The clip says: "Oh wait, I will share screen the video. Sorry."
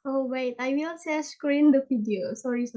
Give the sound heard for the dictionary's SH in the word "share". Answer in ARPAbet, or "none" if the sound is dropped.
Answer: S